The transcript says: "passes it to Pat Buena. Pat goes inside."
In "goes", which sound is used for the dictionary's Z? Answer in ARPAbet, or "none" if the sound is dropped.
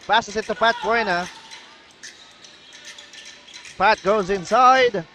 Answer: Z